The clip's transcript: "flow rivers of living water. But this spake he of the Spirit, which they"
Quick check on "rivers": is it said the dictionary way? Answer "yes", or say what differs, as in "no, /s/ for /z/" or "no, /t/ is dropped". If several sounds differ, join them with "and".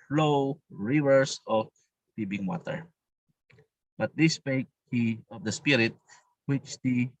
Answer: no, /s/ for /z/